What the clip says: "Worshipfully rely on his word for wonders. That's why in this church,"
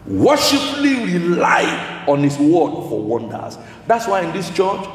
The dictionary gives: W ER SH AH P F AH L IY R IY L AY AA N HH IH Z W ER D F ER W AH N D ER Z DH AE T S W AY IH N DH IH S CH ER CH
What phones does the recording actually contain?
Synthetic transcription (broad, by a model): W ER SH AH P L IY R IY L AY AA N HH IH S W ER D F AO W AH N D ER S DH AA T S W AY IH N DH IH S CH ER CH